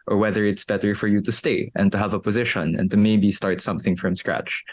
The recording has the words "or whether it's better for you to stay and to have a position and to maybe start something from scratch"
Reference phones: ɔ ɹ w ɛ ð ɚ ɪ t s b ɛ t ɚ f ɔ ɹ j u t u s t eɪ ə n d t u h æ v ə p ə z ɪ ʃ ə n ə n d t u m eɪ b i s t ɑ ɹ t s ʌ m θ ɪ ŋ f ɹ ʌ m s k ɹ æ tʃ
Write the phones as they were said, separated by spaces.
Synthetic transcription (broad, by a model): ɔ ɹ w ɛ ð ɚ ɪ t s b ɛ t ɚ f ɔ ɹ j u t u s t eɪ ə n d t u h æ v ə p ə z ɪ ʃ ə n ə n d t u m eɪ b i s t ɑ ɹ t s ʌ m θ ɪ ŋ f ɹ ʌ m s k ɹ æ tʃ